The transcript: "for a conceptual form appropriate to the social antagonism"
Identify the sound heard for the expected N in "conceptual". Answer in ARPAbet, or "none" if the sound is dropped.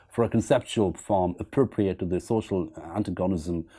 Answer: N